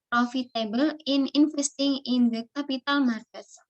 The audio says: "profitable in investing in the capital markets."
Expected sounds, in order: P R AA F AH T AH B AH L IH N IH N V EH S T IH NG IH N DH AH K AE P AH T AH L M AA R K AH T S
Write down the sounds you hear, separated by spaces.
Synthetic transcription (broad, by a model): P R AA F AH T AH B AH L IH N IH N F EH S T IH NG IH N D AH K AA P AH T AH L M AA R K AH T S